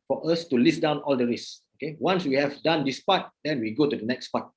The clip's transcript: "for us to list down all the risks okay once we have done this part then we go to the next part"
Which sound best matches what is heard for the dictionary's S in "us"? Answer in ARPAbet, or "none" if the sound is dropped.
S